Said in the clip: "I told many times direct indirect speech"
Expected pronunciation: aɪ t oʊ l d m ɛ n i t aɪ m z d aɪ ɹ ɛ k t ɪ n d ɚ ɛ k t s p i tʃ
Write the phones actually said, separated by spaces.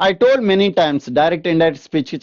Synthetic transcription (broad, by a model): aɪ t oʊ l d m ɛ n i t aɪ m s d aɪ ɹ ɛ k t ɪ n d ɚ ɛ t s p i tʃ